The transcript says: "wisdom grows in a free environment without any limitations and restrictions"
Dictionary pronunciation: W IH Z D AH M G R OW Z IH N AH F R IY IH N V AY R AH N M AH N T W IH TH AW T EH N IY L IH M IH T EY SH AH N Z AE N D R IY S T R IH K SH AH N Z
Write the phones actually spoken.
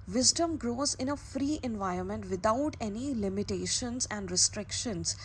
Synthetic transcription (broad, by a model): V IH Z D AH M G R OW Z IH N AH F R IY IH N V AY R AH N M AH N T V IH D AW T EH N IY L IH M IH T EY SH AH N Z AE N D R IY S T R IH K SH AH N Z